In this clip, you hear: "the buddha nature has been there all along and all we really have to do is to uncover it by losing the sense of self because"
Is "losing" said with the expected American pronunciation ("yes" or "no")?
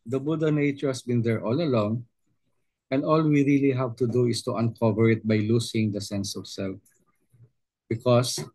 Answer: no